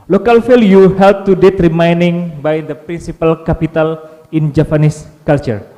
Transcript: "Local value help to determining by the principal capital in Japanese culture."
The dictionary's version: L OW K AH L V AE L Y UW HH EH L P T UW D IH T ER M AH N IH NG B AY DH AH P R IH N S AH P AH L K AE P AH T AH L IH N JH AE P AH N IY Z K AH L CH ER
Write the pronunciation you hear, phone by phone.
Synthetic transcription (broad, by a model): L OW K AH L F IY L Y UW HH EH L P T UW D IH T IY M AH N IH NG B AY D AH P R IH N S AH P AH L K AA P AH T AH L IH N JH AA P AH N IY S K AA L CH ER